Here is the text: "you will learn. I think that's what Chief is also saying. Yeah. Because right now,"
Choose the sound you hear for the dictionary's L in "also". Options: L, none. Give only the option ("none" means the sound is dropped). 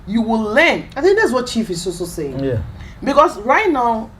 none